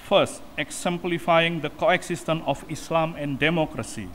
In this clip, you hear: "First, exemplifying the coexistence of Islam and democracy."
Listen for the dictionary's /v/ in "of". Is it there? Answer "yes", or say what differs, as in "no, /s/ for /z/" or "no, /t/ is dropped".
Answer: no, /f/ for /v/